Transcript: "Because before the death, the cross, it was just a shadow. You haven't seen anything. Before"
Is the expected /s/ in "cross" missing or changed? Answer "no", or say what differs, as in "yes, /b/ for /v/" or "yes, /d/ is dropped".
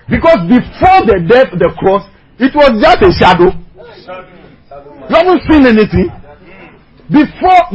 no